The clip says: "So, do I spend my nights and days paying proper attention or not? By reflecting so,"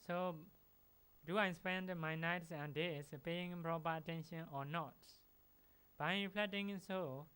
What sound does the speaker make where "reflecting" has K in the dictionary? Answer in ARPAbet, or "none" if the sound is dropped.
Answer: none